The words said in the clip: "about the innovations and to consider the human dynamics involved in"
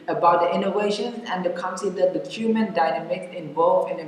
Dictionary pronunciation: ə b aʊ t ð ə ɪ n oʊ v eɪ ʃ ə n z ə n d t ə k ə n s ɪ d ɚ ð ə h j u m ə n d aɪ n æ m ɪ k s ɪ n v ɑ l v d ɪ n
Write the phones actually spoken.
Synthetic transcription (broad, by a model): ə b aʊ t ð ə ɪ n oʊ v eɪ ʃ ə n ə n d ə k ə n s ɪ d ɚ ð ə h j u m ə n d aɪ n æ m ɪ k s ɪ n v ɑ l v ɪ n